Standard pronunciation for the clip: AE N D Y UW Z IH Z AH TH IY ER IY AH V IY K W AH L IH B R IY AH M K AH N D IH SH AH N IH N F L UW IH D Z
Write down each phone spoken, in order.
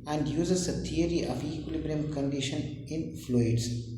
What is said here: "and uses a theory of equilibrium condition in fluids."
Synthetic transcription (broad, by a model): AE N D Y UW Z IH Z AH T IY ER IY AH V IY K W AH L IH B R IY AH M K AH N D IH SH AH N IH N F L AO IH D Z